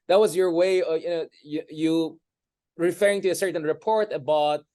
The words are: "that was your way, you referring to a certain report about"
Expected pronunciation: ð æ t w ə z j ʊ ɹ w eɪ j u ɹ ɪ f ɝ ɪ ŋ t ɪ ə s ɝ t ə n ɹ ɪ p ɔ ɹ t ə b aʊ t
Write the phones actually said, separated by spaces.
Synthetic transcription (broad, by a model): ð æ t w ə z j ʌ ɹ w eɪ j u ɹ ɪ f ɝ ɪ ŋ t ɪ ə s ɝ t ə n ɹ ɪ p ɔ ɹ t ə b aʊ t